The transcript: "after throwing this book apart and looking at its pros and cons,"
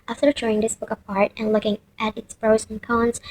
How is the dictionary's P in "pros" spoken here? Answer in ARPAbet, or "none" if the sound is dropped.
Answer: B